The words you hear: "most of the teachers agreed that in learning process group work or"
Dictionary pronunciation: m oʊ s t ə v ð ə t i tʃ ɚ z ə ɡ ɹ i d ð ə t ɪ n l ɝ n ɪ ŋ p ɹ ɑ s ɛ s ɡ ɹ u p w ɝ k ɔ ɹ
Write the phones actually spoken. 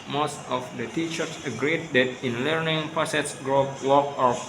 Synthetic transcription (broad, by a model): m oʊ s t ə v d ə t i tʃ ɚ s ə ɡ ɹ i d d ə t ɪ n l ɝ n ɪ ŋ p ɑ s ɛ s ɡ ɹ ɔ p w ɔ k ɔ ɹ